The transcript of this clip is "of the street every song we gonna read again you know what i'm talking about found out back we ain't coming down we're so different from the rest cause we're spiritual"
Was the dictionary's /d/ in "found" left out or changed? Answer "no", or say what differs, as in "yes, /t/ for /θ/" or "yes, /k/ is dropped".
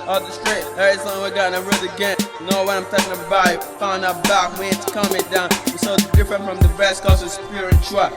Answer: yes, /d/ is dropped